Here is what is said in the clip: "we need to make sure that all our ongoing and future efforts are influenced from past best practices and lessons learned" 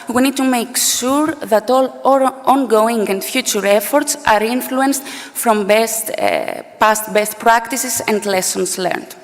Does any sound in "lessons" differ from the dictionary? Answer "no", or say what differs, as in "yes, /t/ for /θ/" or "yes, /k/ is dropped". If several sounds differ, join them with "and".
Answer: yes, /s/ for /z/